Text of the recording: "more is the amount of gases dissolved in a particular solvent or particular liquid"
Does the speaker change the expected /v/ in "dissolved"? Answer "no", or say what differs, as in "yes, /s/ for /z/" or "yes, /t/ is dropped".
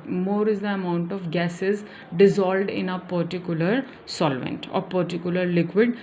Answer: yes, /v/ is dropped